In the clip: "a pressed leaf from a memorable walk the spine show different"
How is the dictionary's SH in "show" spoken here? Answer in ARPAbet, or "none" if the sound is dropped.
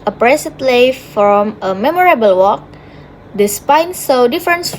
S